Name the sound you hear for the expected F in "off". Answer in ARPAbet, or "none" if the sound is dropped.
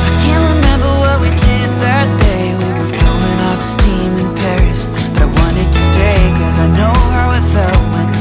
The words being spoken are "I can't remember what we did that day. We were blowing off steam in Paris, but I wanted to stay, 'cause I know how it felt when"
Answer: P